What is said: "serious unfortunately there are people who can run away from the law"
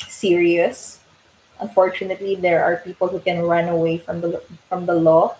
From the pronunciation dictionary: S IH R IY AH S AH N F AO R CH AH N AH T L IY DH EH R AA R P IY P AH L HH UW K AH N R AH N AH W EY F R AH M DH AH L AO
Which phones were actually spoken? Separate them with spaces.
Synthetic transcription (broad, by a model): S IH R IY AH S AH N F AO R CH AH N AH T L IY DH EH R AA R P IY P AH L HH UW K AH N R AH N AH W EY F R AH M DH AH L AO